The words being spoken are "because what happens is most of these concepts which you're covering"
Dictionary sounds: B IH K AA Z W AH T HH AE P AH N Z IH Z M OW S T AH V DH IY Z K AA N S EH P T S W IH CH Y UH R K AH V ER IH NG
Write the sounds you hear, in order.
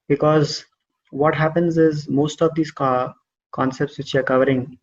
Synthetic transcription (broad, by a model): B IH K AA Z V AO T HH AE P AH N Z IH Z M OW S T AH V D IY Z K AA N S EH P T S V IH CH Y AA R K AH V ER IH NG